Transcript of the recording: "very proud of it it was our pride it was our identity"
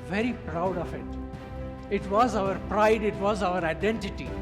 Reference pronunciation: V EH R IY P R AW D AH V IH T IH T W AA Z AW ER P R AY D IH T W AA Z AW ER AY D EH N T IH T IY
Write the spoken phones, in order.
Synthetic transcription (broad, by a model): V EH R IY P R AW D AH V IH T IH T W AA Z AW ER P R AY D IH T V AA Z AW ER AY D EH N T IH T IY